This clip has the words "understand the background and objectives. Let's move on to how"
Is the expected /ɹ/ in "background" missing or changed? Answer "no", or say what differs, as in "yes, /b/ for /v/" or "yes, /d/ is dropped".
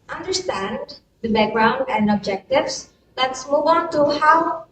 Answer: no